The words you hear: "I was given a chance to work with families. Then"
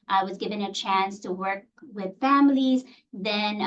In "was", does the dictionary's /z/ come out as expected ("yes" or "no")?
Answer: yes